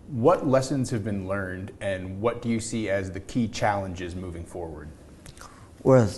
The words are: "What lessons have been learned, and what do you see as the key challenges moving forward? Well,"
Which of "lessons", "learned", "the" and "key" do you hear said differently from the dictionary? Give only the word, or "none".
none